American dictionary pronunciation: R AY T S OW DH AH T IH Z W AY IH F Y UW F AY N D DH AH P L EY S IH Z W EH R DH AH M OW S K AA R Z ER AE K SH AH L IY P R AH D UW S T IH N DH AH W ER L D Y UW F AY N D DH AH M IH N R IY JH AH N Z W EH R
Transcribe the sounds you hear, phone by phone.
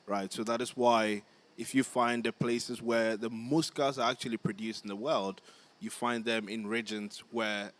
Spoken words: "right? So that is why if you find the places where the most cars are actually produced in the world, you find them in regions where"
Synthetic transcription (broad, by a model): R AY T S OW DH AH T IH Z W AY IH F Y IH F AY N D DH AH P L EY S IH Z W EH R DH AH M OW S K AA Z ER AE K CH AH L IY P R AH D UW S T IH N DH AH W ER L D Y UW F AY N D DH AH M IH N R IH JH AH N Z W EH R